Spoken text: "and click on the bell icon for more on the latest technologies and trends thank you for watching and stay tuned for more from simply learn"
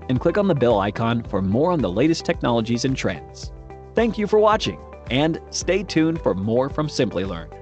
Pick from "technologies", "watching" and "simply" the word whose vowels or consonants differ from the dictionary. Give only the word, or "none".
none